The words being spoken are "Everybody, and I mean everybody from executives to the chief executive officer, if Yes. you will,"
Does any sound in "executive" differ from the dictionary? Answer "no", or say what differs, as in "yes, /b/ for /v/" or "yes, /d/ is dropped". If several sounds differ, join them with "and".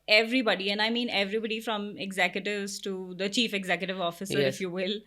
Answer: no